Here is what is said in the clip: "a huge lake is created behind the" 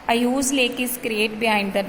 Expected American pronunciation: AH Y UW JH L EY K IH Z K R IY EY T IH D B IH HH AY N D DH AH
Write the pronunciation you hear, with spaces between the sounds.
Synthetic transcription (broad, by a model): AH Y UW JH L EY K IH S K R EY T B IH HH AY N D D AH